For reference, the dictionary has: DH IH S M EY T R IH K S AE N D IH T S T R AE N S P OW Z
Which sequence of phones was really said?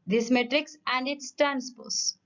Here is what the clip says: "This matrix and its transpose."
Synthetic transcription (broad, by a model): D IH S M EY T R IH K S AE N D IH T S T R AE N S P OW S